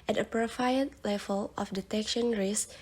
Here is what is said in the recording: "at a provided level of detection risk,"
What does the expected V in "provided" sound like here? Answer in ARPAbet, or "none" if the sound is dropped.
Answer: F